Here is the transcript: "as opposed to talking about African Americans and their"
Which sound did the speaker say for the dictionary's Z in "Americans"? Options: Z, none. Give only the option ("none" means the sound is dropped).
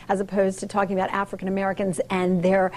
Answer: Z